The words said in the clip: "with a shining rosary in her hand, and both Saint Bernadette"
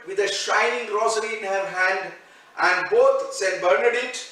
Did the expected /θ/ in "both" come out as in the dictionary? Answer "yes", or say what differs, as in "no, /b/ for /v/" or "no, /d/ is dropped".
no, /t/ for /θ/